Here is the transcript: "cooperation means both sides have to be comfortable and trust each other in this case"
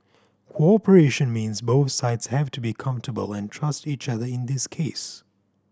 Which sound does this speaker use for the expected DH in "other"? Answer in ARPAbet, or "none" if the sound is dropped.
DH